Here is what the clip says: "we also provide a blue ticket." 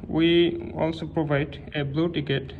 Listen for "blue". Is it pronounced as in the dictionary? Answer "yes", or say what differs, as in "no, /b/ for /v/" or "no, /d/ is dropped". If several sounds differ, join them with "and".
yes